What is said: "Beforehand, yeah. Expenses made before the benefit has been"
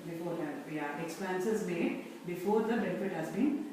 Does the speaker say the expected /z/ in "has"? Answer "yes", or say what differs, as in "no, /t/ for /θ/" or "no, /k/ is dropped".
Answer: yes